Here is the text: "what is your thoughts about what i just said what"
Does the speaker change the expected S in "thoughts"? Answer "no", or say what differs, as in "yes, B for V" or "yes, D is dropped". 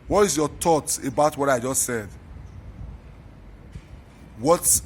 yes, S is dropped